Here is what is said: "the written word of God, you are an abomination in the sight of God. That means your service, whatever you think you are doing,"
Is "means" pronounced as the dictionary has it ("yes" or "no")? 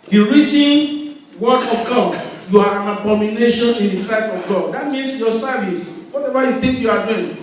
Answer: no